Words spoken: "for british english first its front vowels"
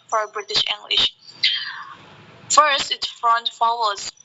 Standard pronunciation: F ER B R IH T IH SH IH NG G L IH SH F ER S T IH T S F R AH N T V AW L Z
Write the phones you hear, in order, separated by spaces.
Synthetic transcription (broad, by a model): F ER B R IH T IH SH IH NG G L IH SH F ER S T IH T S F R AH N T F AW L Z